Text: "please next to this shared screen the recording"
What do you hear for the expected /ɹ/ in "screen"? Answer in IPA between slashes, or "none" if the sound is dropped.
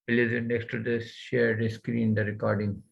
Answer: /ɹ/